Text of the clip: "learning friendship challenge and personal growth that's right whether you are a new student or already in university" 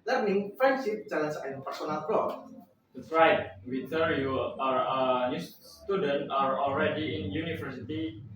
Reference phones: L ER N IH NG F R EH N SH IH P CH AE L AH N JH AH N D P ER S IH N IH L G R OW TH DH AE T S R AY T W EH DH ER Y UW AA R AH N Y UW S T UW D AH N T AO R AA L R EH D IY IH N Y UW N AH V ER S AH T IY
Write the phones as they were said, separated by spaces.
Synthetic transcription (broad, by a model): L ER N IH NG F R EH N S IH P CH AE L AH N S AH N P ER S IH N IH L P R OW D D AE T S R AY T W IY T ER Y UW AA R AH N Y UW S T UW D AH N T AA R AA L R EH D IY IH N Y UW N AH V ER S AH T IY